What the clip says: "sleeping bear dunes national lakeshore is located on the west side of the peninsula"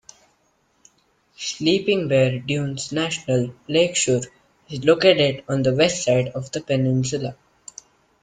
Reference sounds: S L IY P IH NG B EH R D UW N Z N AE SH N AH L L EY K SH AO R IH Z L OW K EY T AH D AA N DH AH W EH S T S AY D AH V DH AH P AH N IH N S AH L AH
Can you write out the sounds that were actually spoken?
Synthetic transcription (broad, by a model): S L IY P IH NG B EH R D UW N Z N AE SH N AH L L EY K SH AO R IH Z L OW K EY T AH D AA N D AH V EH S T S AY D AH V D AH P AH N IH N S AH L AH